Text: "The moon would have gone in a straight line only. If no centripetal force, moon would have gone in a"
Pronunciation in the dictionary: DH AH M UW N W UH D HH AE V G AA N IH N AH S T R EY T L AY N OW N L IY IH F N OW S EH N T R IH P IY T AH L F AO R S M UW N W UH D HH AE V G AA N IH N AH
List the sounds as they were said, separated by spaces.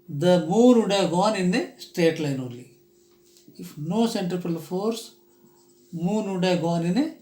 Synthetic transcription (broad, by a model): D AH M UW N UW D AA G AA N IH N AH S T EY T L AY N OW L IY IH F N OW S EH N T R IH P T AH L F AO R S M UW N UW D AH G AA N IH N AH